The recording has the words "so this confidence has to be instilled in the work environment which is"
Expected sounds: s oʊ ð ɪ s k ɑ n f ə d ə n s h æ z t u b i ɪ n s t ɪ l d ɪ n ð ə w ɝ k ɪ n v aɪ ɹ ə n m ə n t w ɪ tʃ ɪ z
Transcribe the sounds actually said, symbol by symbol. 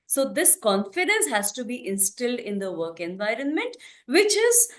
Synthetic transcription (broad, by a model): s oʊ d ɪ s k ɑ n f ə d ə n s h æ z t u b i ɪ n s t ɪ l d ɪ n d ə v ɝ k ɪ n v aɪ ɹ ə n m ə n t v ɪ tʃ ɪ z